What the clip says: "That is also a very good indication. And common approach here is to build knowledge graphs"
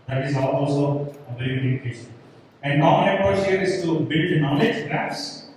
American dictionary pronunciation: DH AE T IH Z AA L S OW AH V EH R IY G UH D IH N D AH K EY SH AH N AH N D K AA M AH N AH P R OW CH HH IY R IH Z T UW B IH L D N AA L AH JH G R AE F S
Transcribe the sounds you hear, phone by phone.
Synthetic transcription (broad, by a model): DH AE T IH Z AA L S OW AH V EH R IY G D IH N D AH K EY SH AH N AH N D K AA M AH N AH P OW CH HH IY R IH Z T UW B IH L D N AA L AH JH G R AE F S